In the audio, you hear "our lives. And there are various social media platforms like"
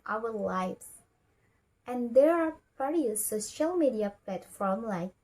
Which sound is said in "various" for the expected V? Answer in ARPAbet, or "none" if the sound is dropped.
P